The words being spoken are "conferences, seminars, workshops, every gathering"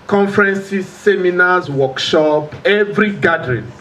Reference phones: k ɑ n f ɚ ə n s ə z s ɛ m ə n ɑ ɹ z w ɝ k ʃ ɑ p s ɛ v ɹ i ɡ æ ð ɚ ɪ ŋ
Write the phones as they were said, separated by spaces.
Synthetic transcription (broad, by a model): k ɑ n f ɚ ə n s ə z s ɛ m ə n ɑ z w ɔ k ʃ ɑ p ɛ v ɹ i ɡ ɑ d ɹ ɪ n